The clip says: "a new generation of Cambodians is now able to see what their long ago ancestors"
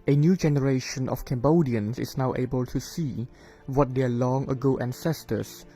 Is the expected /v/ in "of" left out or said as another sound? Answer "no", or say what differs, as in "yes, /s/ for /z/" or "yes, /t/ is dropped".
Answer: yes, /f/ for /v/